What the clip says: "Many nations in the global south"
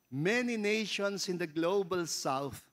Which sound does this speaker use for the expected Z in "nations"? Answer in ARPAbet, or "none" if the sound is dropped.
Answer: S